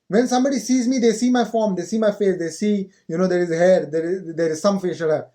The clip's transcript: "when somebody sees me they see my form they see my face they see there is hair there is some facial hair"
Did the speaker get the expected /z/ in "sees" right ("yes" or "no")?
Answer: yes